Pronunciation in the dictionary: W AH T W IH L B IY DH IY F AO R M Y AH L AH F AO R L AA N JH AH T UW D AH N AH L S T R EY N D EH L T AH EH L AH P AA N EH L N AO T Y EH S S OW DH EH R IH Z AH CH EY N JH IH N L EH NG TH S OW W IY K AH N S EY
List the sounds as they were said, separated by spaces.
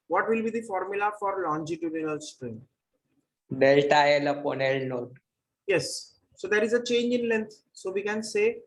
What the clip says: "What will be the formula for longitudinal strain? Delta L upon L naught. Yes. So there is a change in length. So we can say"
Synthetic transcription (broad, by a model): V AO T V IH L B IY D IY F AO R M Y AH L AH F AO R L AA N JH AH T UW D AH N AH L S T R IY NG D EH L T AH EH L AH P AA N EH L N AO T Y EH S S OW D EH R IH Z AH CH EY N JH IH N L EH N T S OW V IY K AH N S EY